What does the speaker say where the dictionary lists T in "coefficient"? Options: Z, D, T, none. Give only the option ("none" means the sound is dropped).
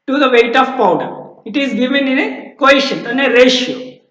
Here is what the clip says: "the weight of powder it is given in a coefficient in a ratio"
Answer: none